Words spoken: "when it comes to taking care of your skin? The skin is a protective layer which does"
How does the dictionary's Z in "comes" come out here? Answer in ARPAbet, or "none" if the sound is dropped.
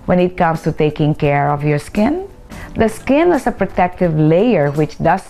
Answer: S